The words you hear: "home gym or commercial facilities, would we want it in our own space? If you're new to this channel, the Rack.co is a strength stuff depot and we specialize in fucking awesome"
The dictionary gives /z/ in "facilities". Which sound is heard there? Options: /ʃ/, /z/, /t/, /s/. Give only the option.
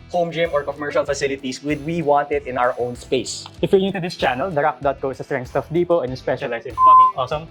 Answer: /s/